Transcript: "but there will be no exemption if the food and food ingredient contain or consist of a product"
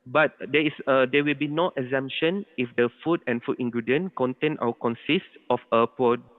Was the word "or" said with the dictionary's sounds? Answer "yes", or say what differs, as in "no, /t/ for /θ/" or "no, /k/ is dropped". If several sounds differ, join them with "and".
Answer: no, /w/ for /ɹ/